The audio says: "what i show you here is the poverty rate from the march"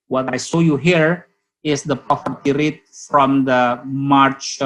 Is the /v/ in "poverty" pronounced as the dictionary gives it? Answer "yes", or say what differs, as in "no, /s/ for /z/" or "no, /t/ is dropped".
no, /f/ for /v/